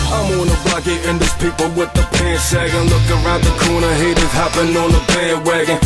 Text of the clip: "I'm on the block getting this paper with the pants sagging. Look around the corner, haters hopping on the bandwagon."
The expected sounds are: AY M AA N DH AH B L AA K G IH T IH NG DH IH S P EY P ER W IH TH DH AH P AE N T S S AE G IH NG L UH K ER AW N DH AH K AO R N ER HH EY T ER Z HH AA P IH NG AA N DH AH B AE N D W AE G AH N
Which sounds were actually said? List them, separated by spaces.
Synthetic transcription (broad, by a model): AY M AA N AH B AA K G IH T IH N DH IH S P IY P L W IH DH AH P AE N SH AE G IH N L UH K ER AW N DH AH K AO R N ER HH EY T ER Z HH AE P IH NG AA N DH AH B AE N W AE G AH N